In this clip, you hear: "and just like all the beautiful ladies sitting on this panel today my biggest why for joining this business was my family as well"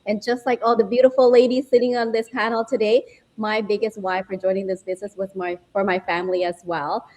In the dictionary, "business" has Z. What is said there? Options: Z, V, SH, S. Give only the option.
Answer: Z